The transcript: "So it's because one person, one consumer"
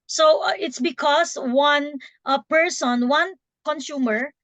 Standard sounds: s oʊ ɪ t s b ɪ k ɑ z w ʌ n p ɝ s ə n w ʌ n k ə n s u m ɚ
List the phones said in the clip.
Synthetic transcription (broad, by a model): s oʊ ɪ t s b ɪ k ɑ s w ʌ n p ɝ s ə n w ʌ n k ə n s u m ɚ